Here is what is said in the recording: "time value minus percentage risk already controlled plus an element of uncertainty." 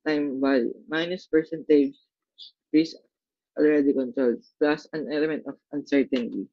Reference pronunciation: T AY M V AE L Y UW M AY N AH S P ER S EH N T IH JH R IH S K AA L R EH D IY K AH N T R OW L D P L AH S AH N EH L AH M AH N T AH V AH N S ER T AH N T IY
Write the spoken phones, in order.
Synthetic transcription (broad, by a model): T AY M B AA Y M AY N AH S P ER S EH N T IH JH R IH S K AA L R EH D IY K AH N T R OW L D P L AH S AH N EH L AH M AH N T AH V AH N S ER T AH N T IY